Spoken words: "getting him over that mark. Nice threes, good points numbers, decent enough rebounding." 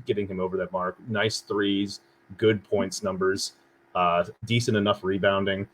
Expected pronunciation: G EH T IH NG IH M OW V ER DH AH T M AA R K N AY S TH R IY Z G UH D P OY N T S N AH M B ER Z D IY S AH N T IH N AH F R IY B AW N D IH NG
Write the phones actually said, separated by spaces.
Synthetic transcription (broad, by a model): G EH T IH NG IH M OW V ER DH AH T M AA R K N AY S TH R IY Z G UH D P OY N T S N AH M B ER Z D IY S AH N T IH N AH F R IY B AW N D IH NG